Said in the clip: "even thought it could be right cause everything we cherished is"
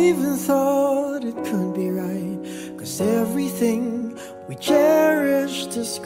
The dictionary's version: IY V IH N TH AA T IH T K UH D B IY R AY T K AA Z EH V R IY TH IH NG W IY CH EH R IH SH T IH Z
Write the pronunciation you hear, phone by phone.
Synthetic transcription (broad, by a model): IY V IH N TH AA T IH T K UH D B IY R AY T K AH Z EH V R IY TH IH NG W IY CH EH R IH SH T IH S